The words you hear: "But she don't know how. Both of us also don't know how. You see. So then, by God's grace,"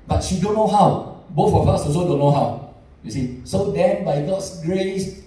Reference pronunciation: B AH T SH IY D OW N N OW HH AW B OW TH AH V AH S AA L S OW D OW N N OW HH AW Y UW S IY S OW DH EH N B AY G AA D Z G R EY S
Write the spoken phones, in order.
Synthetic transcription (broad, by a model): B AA T SH IY D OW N N OW HH AW B OW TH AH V AH S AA S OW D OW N N OW HH AW Y UW S IY S OW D EH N B AY G AA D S G R EY S